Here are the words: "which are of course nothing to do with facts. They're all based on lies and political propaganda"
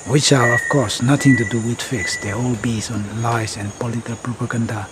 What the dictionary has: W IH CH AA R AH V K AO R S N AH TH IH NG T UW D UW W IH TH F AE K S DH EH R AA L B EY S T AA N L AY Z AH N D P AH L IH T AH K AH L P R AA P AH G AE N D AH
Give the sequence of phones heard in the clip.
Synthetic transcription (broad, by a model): W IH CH AA R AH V K AO R S N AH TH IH NG T UW D UW W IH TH F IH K S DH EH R AA L B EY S AA N L AY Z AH N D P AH L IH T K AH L P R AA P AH G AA N D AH